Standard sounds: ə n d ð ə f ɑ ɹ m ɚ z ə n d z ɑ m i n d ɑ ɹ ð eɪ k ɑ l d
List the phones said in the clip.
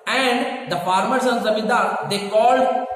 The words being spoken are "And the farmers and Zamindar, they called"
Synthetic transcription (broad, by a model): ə n d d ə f ɑ ɹ m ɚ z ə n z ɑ m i d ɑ ɹ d eɪ k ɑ l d